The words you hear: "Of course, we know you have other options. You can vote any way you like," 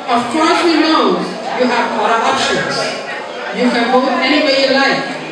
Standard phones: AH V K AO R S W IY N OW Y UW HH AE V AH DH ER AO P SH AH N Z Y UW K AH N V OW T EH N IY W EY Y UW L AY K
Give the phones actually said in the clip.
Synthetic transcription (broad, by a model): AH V K AO R S W IY N OW Y UW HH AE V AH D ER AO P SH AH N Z Y UW K AH N B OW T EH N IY W EY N L AY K